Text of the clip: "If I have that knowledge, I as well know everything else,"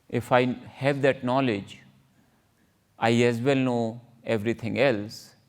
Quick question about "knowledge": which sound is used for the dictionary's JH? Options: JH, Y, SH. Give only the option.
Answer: JH